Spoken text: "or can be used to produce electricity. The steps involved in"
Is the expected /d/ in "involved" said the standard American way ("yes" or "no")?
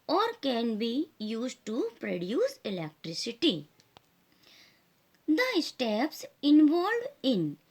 no